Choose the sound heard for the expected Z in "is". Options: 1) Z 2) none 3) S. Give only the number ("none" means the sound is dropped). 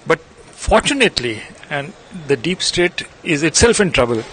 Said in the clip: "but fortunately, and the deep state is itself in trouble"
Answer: 1